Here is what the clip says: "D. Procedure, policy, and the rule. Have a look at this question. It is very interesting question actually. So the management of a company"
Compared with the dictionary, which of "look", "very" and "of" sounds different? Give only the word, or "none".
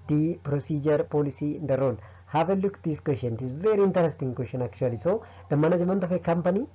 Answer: of